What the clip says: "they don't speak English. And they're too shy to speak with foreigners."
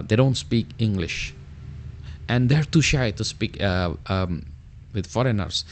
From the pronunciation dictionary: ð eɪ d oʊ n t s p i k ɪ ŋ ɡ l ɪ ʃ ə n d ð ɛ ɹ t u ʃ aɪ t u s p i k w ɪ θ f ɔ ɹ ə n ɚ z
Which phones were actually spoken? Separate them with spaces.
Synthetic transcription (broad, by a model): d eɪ d oʊ n t s p i k ɪ ŋ ɡ l ɪ ʃ ə n d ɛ ɹ t u ʃ aɪ t u s p i k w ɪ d f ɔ ɹ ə n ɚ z